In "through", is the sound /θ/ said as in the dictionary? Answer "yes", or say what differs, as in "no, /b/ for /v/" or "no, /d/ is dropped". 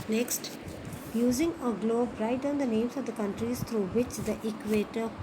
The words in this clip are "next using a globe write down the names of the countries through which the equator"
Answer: no, /t/ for /θ/